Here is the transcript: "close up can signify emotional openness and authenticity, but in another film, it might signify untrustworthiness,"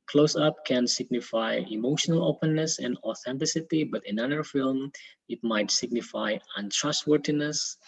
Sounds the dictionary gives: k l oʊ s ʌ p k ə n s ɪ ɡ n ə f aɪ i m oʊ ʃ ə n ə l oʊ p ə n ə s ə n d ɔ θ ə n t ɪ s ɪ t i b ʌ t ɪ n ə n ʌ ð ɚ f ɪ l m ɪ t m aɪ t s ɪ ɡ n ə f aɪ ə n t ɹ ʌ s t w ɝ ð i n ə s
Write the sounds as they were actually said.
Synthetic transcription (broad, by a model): k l oʊ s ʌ p k ə n s ɪ ɡ n ə f aɪ i m oʊ ʃ ə n ə l oʊ p ə n ə s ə n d ɔ θ ə n t ɪ s ɪ t i b ʌ t ɪ n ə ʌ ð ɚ f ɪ l m ɪ t m aɪ t s ɪ ɡ n ə f aɪ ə n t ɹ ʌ s t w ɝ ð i n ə s